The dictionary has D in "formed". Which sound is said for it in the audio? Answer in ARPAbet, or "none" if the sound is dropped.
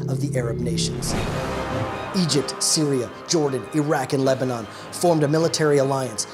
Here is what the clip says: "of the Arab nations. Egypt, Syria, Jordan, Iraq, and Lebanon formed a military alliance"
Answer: D